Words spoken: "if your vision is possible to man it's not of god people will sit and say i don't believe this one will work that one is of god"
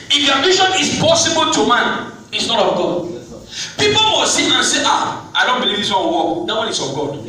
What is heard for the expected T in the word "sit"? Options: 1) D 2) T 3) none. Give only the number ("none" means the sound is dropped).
3